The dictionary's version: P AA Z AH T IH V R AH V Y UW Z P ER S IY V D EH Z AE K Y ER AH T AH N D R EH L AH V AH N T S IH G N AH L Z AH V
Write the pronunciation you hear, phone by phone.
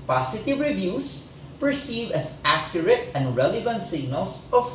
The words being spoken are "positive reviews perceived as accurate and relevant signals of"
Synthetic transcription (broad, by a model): P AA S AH T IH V R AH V Y UW S P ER S IY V EH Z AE K Y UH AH T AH N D R EH L AH V AH N T S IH G N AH L S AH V